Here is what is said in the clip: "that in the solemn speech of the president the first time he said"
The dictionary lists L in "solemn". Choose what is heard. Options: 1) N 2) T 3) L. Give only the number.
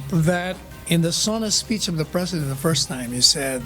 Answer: 1